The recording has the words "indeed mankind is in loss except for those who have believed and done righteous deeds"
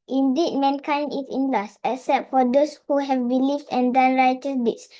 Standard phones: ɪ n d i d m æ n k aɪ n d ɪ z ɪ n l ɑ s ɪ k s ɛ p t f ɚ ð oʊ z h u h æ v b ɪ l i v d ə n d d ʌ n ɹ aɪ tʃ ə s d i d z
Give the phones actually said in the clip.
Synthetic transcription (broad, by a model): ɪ n d i d m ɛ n k aɪ n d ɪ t ɪ n l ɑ s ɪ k s ɛ p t f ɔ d oʊ s h u h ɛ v b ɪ l i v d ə n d d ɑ n ɹ aɪ tʃ ə s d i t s